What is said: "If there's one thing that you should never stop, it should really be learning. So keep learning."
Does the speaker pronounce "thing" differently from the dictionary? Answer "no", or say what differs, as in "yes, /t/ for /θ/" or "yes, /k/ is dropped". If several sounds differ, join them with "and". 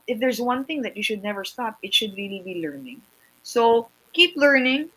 no